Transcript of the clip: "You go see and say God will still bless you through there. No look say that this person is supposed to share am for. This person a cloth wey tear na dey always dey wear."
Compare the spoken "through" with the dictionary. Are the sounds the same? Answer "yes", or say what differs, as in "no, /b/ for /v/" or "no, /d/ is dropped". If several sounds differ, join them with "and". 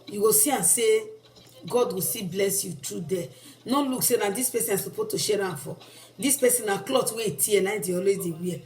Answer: no, /t/ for /θ/